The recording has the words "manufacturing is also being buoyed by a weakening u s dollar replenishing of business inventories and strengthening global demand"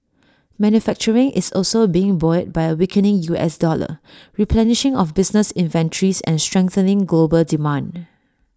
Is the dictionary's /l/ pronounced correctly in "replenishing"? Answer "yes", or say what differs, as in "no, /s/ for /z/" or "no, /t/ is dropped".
yes